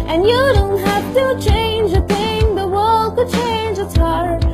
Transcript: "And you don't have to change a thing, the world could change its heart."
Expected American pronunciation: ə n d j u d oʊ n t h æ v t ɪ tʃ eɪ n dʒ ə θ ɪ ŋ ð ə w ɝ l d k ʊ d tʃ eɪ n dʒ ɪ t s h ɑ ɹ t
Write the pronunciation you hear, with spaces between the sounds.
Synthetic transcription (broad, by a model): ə n j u d oʊ n t h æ f t ɪ tʃ eɪ n dʒ ə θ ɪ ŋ ð ə w ɝ l d k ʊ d tʃ eɪ n dʒ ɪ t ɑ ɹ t